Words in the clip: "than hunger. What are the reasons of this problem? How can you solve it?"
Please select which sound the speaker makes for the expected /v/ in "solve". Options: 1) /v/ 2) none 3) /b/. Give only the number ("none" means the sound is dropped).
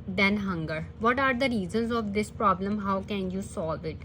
1